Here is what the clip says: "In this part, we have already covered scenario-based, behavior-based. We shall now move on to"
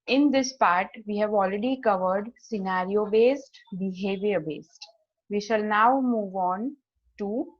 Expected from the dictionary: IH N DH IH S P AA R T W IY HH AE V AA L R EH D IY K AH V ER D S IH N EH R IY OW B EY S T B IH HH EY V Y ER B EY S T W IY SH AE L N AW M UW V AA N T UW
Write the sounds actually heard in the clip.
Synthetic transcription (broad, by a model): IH N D IH S P AA R T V IY HH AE V AA L R EH D IY K AH V ER D S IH N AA R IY OW B EY S T B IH HH EY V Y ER B EY S T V IY SH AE L N AW M UW V AA N T UW